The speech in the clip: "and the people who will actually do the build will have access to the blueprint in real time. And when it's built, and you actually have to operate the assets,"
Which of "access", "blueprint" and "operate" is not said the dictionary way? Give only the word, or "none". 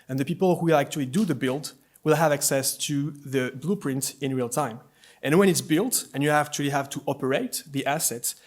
none